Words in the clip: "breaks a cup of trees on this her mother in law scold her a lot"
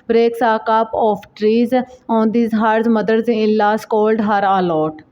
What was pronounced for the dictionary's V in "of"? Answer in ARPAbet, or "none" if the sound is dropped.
P